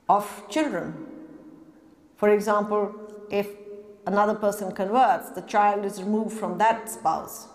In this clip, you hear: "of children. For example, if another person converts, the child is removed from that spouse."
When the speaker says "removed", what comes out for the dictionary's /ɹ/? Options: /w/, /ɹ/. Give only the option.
/ɹ/